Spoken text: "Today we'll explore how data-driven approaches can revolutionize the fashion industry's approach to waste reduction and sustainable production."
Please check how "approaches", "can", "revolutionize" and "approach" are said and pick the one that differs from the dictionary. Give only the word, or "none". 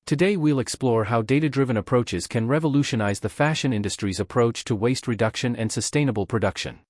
none